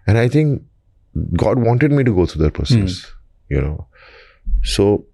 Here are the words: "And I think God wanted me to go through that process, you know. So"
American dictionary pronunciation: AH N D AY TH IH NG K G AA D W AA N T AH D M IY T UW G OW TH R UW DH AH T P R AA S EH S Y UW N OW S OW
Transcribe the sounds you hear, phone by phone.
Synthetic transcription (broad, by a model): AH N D AY T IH NG K G AA D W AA N T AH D M IY T UW G OW T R UW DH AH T P AH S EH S Y UW N OW S OW